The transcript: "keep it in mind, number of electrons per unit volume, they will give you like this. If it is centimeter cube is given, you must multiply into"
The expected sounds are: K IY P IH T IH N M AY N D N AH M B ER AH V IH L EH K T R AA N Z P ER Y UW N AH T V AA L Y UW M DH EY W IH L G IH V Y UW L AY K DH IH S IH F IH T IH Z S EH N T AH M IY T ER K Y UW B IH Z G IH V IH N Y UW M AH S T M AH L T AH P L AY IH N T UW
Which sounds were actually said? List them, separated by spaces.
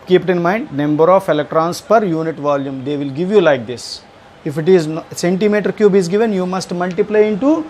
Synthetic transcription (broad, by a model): K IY P T IH N M AY N D N AH M B ER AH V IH L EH K T R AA N S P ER Y UW N AH T V AA L Y UW M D EY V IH L G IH V Y UW L AY K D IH S IH F IH T IH Z S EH N T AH M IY T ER K Y UW B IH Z G IH V IH N Y UW M AH S T M AH L T AH P L AY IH N T UW